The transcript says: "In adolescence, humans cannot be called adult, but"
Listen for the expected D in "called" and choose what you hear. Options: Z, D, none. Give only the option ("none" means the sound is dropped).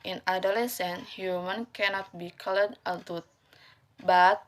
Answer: none